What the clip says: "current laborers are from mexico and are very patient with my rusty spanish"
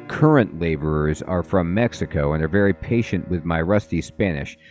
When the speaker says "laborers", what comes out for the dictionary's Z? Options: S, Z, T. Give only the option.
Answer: Z